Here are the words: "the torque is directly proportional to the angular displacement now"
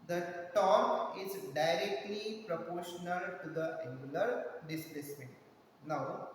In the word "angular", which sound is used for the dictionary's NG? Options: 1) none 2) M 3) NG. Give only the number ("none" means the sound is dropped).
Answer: 1